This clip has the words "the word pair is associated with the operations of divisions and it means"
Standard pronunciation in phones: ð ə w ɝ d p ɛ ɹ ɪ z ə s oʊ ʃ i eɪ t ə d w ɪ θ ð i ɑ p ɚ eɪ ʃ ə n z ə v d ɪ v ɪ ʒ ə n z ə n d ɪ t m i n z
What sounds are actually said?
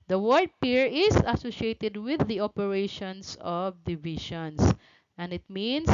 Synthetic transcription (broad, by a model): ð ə w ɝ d p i ɹ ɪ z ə s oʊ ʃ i eɪ t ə d w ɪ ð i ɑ p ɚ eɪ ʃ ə n s ə v d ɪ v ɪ ʃ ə n s ə n d ɪ t m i n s